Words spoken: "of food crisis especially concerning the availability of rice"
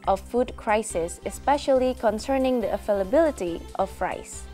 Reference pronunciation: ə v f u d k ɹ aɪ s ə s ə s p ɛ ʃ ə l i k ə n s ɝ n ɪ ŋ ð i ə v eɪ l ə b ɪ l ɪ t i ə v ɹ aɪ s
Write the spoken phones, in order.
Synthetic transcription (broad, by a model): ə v f u d k ɹ aɪ s ə s ə s p ɛ ʃ ə l i k ə n s ɝ n ɪ ŋ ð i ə f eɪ l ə b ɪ l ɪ t i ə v ɹ aɪ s